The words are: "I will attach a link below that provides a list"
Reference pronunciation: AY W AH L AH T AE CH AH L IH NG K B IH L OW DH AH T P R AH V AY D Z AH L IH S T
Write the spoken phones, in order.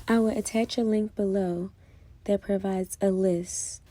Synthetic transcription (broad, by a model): AY W AH L AH T AE CH AH L IH NG K B IH L OW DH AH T P R AH V AY D Z AH L IH S T